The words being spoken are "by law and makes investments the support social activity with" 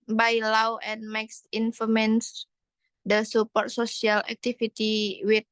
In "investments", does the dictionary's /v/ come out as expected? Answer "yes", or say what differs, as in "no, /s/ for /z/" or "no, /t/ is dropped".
no, /f/ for /v/